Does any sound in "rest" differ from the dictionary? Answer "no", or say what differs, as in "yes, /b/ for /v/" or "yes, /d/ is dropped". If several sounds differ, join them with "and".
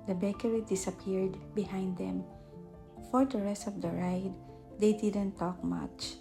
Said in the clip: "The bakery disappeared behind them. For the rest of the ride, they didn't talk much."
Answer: no